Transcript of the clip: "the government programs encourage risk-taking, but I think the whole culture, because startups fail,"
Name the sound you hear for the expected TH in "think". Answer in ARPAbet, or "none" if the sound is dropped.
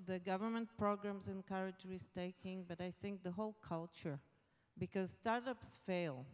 TH